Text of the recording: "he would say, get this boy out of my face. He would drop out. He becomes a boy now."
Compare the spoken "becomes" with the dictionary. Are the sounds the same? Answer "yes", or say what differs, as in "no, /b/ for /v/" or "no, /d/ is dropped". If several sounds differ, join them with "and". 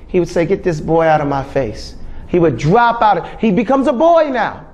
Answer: yes